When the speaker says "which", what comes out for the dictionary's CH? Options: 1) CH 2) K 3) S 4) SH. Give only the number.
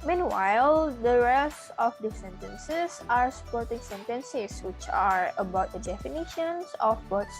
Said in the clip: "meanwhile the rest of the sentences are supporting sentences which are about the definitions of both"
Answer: 1